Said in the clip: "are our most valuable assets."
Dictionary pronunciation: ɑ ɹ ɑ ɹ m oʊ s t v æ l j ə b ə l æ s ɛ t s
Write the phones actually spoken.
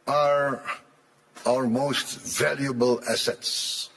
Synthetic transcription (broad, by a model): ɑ ɹ ɑ ɹ m oʊ s t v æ l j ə b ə l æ s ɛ t s